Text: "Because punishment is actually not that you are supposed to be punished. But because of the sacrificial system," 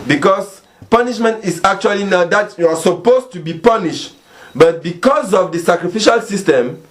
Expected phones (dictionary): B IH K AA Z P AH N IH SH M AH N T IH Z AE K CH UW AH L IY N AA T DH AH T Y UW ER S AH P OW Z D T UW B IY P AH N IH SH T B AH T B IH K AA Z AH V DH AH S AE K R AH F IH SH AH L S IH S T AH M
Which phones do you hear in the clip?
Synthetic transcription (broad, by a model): B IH K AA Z P AH N IH SH M AH N T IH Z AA K CH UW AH L IY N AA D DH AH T Y UW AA S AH P OW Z T UW B IY P AH N IH SH T B AH T B IH K AA Z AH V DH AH S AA K R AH F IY SH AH L S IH S T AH M